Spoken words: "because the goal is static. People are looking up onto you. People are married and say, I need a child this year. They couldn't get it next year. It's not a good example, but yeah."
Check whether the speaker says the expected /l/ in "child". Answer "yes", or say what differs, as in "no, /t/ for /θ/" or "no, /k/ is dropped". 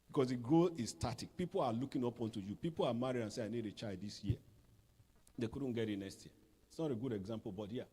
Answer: no, /l/ is dropped